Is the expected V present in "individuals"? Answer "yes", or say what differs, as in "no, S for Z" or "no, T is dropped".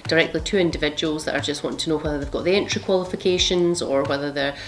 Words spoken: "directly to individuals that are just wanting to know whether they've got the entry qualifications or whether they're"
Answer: yes